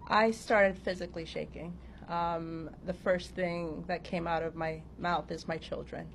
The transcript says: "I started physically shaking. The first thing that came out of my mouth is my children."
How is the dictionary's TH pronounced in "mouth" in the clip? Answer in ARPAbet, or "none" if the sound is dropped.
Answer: TH